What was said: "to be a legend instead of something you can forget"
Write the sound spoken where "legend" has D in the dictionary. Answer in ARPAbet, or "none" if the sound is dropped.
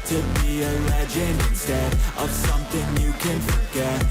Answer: none